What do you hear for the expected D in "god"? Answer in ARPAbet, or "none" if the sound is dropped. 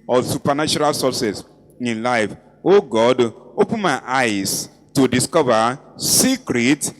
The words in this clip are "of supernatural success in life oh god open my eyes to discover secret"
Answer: D